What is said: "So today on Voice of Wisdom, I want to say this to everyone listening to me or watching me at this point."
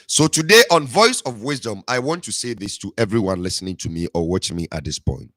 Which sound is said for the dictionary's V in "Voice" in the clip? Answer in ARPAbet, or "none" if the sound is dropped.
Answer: V